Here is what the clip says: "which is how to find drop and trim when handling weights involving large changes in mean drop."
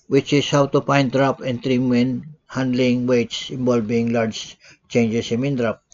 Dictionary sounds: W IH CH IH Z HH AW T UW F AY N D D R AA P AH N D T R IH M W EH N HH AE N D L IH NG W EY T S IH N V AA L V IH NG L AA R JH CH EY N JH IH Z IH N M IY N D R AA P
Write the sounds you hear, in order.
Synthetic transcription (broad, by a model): W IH CH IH S HH AW T UW P AY N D D R AA P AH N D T R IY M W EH N HH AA N D L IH NG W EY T S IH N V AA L B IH NG L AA R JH CH EY N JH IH S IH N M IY N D R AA P